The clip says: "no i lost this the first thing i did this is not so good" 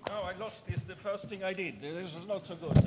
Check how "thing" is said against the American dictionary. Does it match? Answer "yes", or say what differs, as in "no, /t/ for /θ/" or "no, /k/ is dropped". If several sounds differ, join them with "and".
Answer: yes